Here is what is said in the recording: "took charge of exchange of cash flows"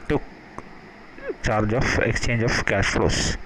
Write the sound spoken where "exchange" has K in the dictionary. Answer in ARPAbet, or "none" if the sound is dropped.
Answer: K